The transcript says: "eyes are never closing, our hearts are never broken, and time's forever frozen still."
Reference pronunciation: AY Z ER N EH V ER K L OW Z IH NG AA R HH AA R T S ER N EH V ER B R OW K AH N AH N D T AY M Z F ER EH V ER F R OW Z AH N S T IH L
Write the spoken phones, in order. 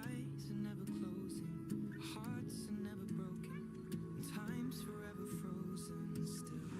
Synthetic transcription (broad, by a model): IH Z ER N EH V ER K L OW Z IH NG HH AA R T S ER N EH V ER B R OW AH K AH N T AY M Z F ER EH V ER F R OW Z AH N S T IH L